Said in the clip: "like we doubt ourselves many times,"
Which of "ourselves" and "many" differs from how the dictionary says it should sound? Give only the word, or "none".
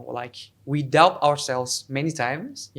none